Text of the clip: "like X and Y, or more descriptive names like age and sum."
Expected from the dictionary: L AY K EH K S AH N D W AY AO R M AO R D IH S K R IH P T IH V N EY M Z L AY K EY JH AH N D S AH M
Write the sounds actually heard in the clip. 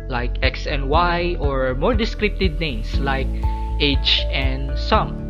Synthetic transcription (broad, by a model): L AY K EH K S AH N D W AY AO R M AO R D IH S K R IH P T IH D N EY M S L AY K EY CH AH N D S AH M